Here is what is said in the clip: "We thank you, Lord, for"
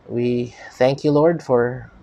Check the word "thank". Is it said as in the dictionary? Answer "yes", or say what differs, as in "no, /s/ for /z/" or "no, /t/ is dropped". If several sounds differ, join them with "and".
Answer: yes